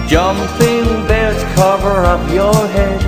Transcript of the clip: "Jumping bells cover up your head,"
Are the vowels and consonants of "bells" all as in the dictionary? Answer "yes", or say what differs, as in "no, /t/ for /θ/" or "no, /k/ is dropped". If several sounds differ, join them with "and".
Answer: no, /l/ is dropped